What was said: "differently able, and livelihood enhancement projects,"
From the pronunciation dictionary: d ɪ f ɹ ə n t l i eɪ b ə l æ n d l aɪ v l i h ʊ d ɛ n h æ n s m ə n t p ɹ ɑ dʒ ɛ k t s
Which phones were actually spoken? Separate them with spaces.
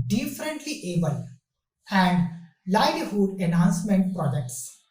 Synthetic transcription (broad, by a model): d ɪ f ɹ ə n t l i eɪ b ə l æ n d l aɪ l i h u d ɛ n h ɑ n s m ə n t p ɹ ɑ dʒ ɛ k t s